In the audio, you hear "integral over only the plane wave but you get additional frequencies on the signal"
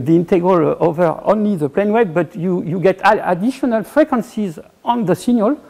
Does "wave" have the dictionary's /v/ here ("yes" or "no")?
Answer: no